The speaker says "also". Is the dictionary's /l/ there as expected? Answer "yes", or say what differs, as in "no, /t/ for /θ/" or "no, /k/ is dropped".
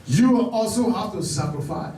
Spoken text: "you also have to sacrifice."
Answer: yes